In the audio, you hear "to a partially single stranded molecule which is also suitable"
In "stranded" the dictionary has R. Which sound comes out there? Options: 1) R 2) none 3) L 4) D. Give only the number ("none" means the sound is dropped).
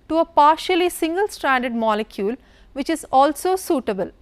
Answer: 1